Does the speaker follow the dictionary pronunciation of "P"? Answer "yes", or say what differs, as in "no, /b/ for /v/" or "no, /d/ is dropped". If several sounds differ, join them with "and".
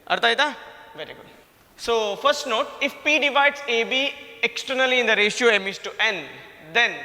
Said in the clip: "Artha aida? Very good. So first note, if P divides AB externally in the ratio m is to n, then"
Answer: yes